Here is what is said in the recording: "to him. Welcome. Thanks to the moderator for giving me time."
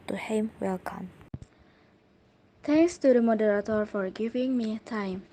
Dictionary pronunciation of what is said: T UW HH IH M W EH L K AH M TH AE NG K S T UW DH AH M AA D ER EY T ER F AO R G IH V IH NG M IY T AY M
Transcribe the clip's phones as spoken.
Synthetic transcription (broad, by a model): T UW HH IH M W EH L K AH M T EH NG K S T UW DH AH M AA D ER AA T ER F AO R G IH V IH NG M IY T AY M